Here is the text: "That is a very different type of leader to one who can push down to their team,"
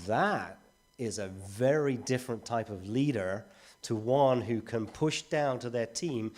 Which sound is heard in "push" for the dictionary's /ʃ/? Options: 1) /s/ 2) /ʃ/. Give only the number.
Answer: 2